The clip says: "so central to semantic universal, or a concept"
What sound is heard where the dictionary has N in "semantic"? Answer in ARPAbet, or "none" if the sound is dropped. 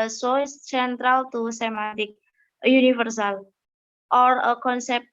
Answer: none